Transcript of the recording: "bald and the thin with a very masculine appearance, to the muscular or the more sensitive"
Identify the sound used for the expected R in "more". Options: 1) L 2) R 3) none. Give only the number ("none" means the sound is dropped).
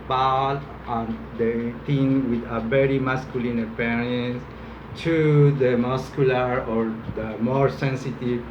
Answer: 2